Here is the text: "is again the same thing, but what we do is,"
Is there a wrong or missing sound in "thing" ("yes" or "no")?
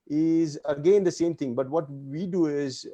yes